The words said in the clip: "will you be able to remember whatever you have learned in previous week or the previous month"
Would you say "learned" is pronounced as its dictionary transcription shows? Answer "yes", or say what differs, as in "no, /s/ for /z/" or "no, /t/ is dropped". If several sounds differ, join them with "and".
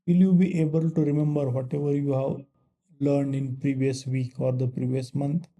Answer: yes